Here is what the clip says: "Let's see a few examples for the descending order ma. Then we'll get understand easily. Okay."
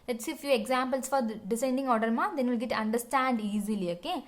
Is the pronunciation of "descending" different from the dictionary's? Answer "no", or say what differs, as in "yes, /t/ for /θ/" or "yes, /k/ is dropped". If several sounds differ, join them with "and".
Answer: yes, /s/ is dropped